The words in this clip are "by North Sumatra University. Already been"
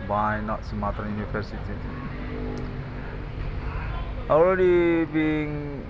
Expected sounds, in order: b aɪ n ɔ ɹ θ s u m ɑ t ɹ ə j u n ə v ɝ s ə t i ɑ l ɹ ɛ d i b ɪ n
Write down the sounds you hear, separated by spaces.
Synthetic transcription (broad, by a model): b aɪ n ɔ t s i m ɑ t ə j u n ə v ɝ s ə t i ɑ l ɹ ɛ d i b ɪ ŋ